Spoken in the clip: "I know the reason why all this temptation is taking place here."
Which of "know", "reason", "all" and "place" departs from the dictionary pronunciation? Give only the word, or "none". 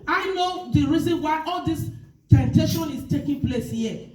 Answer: none